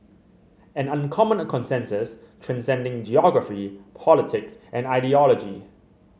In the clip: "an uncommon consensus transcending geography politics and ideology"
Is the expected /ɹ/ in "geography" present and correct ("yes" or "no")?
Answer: yes